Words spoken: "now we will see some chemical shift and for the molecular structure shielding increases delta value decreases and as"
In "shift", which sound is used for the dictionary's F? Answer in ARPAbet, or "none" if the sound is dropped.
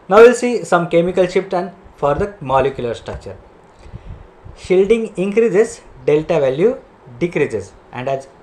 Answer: P